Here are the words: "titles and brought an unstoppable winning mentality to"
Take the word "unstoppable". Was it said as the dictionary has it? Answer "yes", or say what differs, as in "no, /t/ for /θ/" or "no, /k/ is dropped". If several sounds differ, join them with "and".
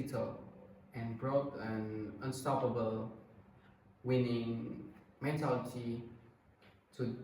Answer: yes